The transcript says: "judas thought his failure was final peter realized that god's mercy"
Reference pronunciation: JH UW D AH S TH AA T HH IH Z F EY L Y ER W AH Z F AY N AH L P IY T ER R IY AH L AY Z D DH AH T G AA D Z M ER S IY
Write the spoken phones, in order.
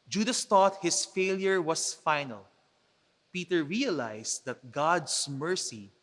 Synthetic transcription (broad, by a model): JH UW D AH S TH AA T HH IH S F EY L Y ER W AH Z F AY N AH L P IY T ER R IY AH L AY S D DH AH T G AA D S M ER S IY